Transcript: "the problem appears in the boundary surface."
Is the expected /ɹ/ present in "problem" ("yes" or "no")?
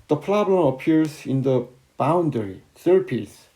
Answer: no